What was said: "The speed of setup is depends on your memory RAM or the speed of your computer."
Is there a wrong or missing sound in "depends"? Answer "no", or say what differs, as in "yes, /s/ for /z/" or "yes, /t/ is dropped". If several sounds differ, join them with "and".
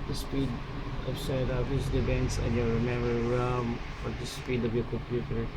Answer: yes, /b/ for /p/